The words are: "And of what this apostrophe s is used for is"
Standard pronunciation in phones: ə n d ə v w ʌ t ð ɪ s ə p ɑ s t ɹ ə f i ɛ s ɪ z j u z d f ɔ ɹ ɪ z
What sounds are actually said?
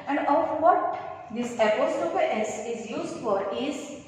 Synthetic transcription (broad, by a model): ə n d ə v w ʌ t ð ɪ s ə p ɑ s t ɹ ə p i ɛ s ɪ z j u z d f ɔ ɹ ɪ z